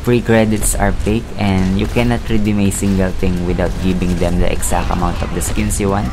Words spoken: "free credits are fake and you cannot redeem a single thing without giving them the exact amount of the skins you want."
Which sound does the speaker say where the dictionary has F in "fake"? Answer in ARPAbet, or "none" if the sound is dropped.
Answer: P